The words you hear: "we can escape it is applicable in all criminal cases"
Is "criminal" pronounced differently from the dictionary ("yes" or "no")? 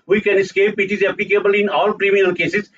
yes